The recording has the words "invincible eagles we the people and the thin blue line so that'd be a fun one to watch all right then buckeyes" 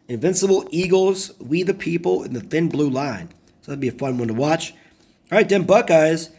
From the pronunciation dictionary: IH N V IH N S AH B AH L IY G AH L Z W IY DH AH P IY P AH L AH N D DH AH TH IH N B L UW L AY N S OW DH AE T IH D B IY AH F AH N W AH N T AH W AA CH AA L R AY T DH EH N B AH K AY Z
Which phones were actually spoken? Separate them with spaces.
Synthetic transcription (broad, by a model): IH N V IH N S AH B L IY G L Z W IY DH AH P IY P L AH N DH AH TH IH N B L UW L AY N S OW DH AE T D B IY AH F AH N W AH N T AH W AA CH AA R AY T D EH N B AH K AY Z